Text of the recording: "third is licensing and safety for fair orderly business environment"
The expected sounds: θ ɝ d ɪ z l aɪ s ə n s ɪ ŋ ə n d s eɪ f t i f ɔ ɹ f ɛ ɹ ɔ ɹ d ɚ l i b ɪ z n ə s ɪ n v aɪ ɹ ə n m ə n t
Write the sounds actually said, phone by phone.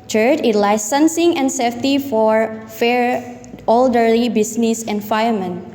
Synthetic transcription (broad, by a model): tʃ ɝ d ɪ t l aɪ s ə n s ɪ ŋ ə n s eɪ f t i f ɔ ɹ f ɛ ɹ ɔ l d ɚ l i b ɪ s n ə s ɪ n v aɪ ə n m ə n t